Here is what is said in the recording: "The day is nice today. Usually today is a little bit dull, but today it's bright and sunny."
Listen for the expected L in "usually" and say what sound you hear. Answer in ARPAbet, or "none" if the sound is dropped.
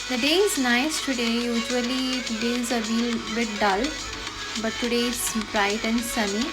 none